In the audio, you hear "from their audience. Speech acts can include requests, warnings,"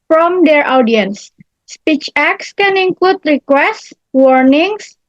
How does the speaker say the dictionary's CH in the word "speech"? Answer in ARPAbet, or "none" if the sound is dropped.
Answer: CH